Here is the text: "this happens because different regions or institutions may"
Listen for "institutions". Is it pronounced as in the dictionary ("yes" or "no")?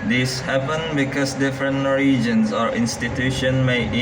no